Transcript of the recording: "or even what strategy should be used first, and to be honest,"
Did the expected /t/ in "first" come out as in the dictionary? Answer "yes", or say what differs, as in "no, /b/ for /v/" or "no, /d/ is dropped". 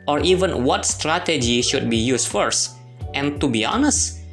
yes